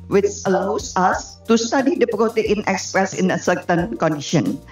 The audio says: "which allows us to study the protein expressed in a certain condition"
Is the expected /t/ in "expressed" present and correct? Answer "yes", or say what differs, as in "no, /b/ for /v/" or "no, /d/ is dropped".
no, /t/ is dropped